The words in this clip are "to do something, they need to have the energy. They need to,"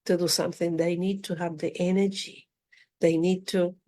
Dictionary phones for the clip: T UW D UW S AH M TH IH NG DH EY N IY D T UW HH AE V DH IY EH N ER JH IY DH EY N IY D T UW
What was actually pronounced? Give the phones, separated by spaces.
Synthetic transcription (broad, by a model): T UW D UW S AH M TH IH NG DH EY N IY D T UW HH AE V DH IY EH N ER JH IY DH EY N IY D T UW